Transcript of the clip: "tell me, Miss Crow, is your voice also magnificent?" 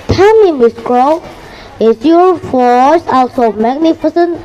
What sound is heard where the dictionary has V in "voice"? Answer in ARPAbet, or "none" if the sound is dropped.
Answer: F